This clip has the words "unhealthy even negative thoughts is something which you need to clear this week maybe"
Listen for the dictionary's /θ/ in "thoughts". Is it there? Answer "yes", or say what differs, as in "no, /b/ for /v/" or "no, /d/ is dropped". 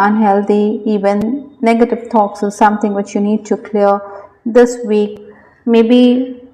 no, /t/ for /θ/